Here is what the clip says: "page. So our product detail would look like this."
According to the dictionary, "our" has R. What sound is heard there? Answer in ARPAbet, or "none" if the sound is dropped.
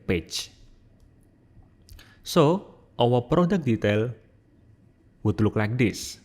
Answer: W